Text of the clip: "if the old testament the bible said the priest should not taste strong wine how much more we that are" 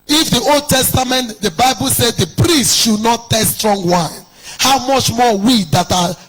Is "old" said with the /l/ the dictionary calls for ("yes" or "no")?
yes